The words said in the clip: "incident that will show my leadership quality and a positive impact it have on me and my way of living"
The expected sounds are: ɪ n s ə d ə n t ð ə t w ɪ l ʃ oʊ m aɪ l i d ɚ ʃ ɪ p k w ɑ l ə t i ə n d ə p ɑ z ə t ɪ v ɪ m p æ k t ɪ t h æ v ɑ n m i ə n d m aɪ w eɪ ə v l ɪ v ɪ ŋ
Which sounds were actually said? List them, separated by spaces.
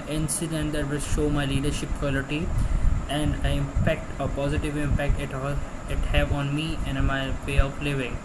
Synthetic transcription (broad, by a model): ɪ n s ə d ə n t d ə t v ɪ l ʃ oʊ m aɪ l i d ɚ ʃ ɪ p k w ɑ l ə t i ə n d ə p ɑ z ə t ɪ v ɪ m p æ k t ɪ t h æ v ɑ n m i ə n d m aɪ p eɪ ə p l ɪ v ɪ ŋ